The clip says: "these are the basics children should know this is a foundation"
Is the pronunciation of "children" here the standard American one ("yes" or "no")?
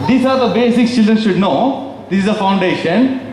yes